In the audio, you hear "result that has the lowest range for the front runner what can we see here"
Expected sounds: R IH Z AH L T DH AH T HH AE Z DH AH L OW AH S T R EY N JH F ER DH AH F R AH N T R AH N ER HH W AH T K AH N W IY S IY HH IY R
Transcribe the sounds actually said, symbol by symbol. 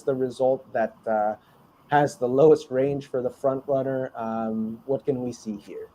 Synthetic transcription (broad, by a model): R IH Z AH L T DH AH T HH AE Z DH AH L OW AH S T R EY N ZH F ER DH AH F R AH N T R AH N ER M W AH T K AH N W IY S IY HH IY R